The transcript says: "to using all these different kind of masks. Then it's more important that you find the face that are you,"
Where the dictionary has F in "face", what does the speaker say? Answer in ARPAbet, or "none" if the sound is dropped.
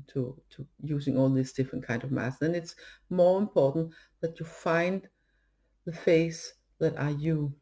F